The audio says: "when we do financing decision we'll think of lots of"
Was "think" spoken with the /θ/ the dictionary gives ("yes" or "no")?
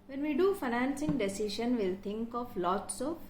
no